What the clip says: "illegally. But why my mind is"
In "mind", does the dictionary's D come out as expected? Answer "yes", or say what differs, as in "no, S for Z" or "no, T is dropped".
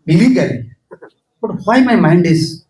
yes